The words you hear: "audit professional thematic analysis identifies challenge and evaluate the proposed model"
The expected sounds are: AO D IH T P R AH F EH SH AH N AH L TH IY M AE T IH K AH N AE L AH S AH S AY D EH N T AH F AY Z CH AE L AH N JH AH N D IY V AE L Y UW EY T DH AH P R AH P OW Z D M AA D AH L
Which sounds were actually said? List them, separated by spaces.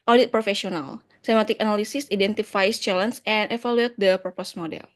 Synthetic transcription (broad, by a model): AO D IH T P R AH F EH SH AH N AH L S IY M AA T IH K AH N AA L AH S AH S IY D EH N T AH F AY S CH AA L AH N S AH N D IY F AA L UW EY T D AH P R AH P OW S M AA D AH L